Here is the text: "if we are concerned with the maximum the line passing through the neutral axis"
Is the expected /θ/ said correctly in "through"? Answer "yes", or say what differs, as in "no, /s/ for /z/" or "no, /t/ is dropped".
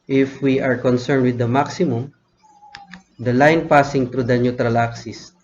no, /t/ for /θ/